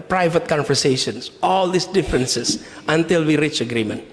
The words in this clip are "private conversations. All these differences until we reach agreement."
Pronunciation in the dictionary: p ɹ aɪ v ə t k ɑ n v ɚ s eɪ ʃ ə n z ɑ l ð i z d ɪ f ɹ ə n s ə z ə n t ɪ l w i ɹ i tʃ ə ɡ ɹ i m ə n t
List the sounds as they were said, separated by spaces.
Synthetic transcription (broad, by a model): p ɹ aɪ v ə t k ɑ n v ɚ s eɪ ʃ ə n s ɑ l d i s d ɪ f ɹ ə n s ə s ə n t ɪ l w i ɹ i tʃ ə ɡ ɹ i m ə n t